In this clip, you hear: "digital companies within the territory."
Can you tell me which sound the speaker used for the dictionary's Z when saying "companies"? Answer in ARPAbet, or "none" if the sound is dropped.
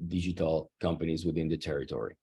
Z